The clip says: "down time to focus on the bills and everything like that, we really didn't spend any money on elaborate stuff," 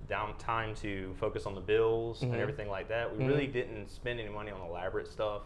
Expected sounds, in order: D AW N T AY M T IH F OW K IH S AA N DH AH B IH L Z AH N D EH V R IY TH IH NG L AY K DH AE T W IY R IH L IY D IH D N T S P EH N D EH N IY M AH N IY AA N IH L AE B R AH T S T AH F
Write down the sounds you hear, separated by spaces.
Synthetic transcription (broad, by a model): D AW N T AY M T IH F OW K IH S N DH AH B IH L Z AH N EH V R IY TH IH NG L AY K DH AE T W IY R IH L IY D IH D N T S P EH N D EH N IY M AH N IY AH N IH L AE B R AH T S T AH F